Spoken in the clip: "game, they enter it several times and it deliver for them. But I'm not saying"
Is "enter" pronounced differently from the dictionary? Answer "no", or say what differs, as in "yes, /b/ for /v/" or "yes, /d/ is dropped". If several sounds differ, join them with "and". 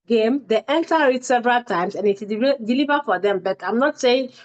no